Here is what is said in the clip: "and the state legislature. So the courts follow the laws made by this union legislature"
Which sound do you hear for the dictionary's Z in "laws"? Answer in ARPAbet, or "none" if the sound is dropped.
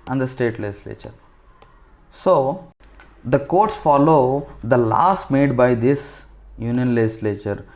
S